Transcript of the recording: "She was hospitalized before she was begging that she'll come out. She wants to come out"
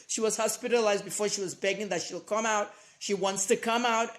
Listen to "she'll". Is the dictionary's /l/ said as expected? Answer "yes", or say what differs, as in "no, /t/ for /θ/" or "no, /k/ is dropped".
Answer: yes